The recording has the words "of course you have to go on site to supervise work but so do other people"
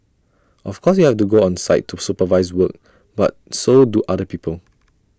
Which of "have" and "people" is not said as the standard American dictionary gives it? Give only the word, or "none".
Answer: have